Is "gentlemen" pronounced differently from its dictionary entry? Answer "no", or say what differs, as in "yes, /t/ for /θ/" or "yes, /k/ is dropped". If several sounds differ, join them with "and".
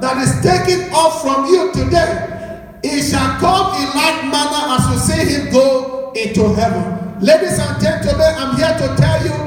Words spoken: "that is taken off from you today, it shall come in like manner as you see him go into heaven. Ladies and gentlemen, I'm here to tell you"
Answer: yes, /l/ is dropped and /n/ is dropped